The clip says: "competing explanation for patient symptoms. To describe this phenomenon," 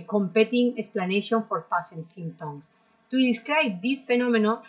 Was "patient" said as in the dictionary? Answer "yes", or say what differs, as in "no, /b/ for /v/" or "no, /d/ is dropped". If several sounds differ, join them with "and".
no, /s/ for /ʃ/